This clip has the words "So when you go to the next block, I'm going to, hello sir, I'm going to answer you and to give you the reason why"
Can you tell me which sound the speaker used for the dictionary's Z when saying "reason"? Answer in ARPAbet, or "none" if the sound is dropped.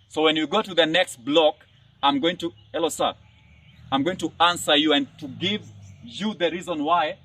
Z